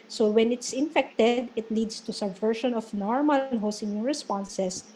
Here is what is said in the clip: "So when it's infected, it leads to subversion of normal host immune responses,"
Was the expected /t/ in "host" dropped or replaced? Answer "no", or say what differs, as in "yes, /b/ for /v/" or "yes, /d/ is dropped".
yes, /t/ is dropped